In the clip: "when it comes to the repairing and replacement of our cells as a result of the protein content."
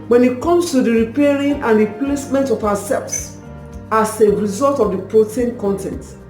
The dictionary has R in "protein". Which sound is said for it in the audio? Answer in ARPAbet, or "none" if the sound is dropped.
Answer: R